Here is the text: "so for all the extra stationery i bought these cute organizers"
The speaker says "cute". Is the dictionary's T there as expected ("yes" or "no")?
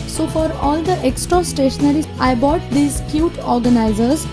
yes